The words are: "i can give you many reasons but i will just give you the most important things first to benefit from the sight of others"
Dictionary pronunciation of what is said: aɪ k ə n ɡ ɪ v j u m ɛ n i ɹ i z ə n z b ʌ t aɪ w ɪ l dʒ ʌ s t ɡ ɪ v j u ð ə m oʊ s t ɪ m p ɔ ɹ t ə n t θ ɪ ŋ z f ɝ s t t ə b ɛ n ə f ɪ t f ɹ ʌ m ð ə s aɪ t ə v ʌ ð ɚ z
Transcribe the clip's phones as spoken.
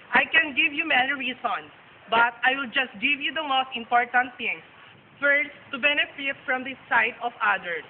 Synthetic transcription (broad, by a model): aɪ k ə n ɡ ɪ v j u m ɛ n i ɹ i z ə n s b ʌ t aɪ w ɪ l dʒ ʌ s t ɡ ɪ v j u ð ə m oʊ s t ɪ m p ɔ ɹ t ə n t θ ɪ ŋ s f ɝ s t t ə b ɛ n ə f ɪ t f ɹ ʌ m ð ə s aɪ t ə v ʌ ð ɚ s